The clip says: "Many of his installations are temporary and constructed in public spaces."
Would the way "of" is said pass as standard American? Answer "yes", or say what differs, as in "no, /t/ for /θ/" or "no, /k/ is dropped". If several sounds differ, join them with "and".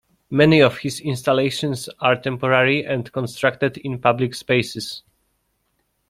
no, /f/ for /v/